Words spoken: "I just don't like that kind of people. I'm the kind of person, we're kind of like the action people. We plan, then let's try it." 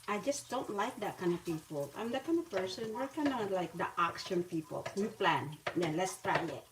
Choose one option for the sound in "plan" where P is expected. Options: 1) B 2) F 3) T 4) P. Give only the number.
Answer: 4